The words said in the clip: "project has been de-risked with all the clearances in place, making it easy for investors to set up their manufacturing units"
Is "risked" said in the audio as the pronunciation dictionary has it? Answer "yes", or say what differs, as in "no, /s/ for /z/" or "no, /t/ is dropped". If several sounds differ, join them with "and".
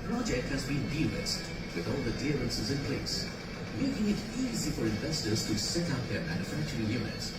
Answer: no, /l/ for /ɹ/ and /k/ is dropped